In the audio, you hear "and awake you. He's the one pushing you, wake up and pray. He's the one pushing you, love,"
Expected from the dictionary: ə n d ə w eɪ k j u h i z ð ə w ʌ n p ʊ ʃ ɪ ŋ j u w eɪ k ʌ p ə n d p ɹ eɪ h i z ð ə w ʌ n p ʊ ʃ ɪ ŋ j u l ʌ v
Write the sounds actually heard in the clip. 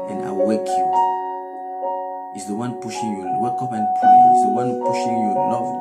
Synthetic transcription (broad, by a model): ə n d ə w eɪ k j u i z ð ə w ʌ n p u ʃ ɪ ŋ j u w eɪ k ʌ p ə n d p l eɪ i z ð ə w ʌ n p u ʃ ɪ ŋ j u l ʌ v